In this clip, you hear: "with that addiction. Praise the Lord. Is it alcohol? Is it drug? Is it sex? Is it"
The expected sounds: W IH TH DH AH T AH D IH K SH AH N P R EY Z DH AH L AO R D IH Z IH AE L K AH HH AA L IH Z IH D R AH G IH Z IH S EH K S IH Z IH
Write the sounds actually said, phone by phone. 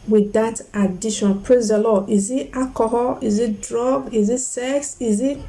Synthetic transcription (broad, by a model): W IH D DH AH T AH D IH SH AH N P R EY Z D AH L AO IH Z IH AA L K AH HH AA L IH Z IH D R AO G IH Z IH S EH K S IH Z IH